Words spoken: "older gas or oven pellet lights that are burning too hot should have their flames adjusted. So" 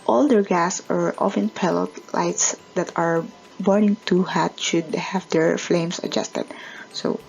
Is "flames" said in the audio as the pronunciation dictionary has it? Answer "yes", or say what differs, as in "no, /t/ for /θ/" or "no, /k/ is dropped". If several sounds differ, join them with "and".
no, /s/ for /z/